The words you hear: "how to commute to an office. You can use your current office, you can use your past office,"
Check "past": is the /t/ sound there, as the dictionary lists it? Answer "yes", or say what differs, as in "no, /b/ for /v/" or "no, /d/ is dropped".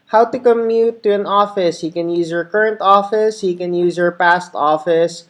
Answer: yes